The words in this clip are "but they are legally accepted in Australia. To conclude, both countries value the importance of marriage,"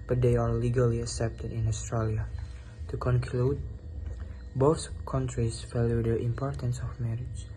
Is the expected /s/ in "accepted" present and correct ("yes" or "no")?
yes